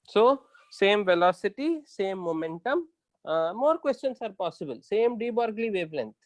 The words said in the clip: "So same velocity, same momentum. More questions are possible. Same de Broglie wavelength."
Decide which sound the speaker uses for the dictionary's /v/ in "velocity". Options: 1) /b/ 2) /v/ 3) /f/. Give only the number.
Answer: 2